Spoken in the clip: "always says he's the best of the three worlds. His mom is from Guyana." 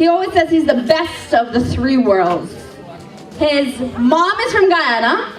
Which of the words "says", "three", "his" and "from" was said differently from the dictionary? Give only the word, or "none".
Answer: none